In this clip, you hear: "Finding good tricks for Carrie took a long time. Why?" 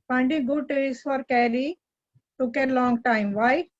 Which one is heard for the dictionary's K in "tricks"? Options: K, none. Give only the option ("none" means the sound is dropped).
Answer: none